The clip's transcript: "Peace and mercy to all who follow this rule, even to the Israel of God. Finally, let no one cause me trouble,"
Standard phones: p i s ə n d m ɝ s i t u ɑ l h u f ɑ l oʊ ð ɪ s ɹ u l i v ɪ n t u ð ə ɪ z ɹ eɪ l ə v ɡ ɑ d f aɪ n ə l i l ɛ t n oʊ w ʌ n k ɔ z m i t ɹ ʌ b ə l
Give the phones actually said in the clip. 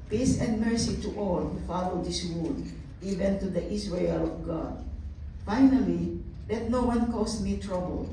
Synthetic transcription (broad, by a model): p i s ə n d m ɝ s i t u ɑ l h u f ɑ l oʊ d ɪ s w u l i v ɪ n t u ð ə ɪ s ɹ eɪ l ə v ɡ ɑ d f aɪ n ə l i l ɛ t n oʊ w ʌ n k ɔ s m i t ɹ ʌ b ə l